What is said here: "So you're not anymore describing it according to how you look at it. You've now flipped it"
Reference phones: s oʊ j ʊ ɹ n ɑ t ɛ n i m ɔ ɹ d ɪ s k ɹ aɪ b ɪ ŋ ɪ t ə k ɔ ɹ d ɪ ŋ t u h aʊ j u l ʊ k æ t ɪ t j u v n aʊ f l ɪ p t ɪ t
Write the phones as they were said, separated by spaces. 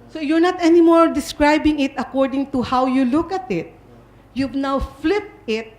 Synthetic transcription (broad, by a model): s oʊ j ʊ ɹ n ɑ t ɛ n i m ɔ ɹ d ɪ s k ɹ aɪ b ɪ ŋ ɪ t ə k ɔ ɹ d ɪ ŋ t u h aʊ j u l ʊ k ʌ t ɪ t j u v n aʊ f l ɪ p t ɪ t